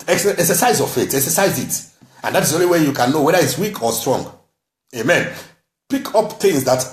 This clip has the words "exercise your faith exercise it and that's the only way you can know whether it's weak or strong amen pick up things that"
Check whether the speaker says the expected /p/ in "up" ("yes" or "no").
yes